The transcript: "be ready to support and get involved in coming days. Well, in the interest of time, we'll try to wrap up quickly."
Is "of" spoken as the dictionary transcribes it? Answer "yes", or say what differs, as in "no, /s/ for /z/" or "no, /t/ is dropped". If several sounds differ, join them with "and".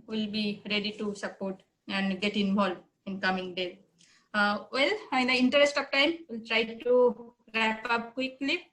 no, /p/ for /v/